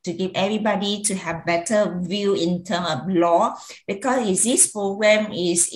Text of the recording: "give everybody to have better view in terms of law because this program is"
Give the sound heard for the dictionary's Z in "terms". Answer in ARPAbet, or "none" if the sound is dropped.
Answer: none